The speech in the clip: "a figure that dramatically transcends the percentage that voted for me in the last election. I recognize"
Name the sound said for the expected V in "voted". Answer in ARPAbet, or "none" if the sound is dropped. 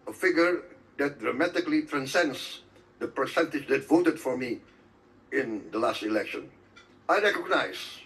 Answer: V